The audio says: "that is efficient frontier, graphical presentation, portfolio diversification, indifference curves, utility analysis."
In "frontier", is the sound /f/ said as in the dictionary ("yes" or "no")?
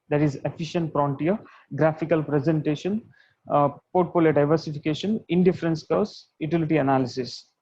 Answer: no